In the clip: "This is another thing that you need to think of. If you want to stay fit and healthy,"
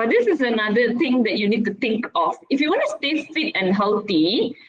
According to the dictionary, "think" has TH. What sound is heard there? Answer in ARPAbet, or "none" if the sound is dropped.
T